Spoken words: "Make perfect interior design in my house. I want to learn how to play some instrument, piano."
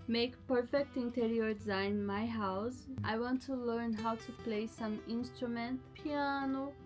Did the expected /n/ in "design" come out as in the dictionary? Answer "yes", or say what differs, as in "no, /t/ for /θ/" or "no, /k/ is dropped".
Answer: no, /n/ is dropped